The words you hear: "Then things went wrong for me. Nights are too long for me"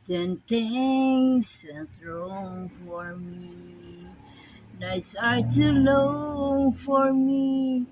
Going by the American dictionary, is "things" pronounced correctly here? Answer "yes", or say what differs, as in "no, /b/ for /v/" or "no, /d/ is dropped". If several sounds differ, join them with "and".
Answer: no, /t/ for /θ/